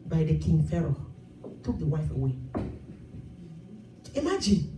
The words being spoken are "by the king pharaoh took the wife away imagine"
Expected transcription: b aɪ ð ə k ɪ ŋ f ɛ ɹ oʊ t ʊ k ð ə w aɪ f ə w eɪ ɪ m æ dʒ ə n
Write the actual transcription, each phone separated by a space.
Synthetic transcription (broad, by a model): b aɪ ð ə k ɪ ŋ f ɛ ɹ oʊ t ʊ k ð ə w aɪ f ə w eɪ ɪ m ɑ dʒ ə n